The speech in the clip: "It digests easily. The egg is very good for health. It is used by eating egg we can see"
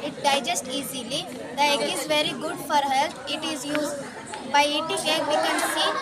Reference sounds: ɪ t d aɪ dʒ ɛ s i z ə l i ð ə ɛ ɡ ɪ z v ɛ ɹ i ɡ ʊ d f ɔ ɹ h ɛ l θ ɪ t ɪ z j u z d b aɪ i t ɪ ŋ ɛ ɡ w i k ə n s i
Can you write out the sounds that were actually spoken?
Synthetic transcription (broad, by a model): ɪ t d aɪ dʒ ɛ s i z ə l i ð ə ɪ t ɪ z v ɛ ɹ i ɡ ʊ d f ɔ ɹ h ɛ l t ɪ t ɪ z j u z d b aɪ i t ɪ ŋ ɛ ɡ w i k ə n s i